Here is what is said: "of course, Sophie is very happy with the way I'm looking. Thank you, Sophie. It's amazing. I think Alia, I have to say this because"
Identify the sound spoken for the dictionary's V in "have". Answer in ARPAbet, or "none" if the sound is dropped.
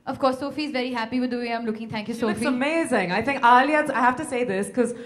F